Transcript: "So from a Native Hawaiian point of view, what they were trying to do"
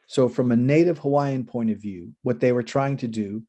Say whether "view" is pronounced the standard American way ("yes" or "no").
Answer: yes